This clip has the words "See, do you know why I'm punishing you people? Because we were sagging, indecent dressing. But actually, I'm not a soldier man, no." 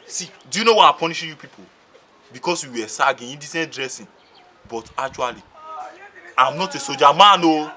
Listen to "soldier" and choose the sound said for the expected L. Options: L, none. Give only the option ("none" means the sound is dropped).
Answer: none